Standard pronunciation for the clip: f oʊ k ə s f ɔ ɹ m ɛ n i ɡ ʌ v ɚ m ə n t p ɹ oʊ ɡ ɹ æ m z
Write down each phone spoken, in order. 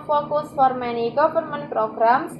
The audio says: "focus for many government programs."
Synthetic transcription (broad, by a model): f oʊ k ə s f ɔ ɹ m ɛ n i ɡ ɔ p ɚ m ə n p ɹ oʊ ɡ ɹ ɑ m